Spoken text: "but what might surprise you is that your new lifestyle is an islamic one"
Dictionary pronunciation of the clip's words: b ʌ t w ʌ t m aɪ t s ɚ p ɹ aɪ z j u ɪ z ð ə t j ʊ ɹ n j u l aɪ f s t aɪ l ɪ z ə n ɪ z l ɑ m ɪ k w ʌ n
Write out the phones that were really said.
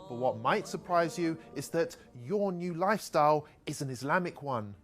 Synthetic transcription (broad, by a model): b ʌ t w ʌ t m aɪ t s ɚ p ɹ aɪ z j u ɪ z ð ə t j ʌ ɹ n j u l aɪ f s t aɪ l ɪ z ə n ɪ z l ɑ m ɪ k w ʌ n